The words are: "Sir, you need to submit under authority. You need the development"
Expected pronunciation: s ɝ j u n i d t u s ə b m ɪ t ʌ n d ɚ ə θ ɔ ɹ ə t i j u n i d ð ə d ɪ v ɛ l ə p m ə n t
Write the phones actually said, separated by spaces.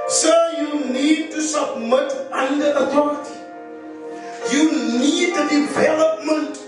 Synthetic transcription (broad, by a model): s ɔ j u n i d t u s ə b m ɪ t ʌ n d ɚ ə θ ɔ ɹ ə t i j u n i d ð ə d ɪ v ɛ l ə p m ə n t